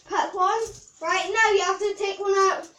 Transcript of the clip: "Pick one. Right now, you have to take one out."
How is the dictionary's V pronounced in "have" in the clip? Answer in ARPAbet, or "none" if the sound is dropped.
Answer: F